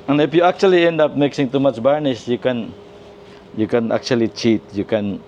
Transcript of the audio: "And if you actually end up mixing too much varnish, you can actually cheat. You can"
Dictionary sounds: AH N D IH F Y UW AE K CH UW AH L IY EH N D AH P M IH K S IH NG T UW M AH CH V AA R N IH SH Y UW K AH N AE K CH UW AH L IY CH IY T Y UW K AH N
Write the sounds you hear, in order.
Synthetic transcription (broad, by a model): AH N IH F Y UW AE K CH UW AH L IY EH N D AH P M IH K S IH NG T UW M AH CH B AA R N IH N Y UW K AH N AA K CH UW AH L IY CH IY T Y UW K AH N